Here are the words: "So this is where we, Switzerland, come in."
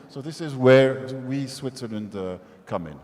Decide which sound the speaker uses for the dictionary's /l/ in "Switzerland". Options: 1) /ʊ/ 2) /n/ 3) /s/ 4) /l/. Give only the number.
4